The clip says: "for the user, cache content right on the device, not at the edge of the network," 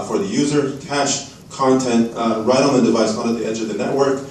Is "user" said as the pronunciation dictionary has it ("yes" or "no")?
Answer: yes